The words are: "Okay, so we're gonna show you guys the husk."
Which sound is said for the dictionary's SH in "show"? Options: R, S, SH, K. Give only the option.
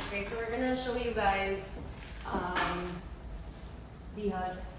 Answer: SH